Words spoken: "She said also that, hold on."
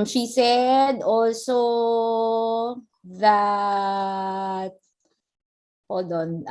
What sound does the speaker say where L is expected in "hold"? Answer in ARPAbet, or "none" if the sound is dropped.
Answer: none